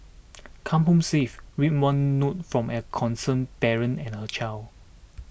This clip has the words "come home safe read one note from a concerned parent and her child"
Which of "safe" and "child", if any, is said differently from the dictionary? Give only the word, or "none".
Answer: child